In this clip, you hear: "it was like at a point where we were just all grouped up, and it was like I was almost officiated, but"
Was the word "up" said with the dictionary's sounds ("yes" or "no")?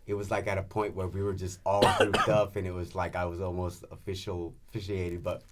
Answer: no